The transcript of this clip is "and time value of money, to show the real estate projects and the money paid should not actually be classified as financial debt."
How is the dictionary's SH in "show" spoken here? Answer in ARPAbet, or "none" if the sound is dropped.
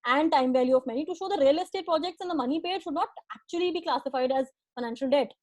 SH